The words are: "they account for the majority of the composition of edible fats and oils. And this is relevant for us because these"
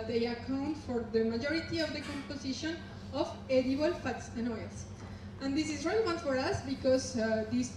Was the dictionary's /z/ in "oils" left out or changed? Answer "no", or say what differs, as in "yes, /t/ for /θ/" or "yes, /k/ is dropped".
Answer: yes, /s/ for /z/